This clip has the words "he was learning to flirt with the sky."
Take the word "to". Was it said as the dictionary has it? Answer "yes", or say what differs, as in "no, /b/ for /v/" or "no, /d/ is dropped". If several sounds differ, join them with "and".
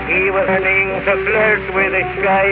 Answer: no, /s/ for /t/